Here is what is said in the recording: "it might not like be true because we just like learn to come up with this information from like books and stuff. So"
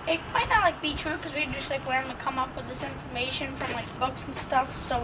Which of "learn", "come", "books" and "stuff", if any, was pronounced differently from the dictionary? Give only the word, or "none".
learn